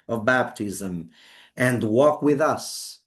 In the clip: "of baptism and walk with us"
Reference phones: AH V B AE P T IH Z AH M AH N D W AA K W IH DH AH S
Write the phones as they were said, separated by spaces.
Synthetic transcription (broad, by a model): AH V B AE P T IH Z AH M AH N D W AA K W IH DH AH S